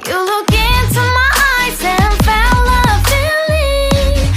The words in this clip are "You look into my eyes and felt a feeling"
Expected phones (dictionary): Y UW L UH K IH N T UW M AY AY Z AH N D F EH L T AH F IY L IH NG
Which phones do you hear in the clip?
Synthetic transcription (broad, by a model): Y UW L UH K IH N T UW M AY AY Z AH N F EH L AH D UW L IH